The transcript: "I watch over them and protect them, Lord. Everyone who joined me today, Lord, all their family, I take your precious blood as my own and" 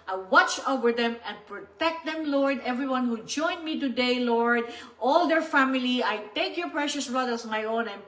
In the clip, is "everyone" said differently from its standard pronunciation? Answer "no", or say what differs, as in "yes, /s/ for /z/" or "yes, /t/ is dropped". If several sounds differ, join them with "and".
no